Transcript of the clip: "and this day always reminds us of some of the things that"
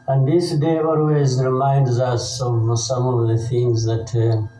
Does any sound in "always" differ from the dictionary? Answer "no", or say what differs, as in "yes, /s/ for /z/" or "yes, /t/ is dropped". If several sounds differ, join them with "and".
no